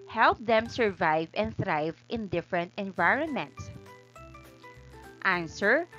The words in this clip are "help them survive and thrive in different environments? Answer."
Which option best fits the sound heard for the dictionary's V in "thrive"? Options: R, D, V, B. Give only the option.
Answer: V